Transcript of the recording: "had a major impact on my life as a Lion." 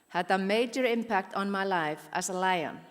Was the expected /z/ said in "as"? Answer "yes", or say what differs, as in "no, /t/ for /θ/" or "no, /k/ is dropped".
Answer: no, /s/ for /z/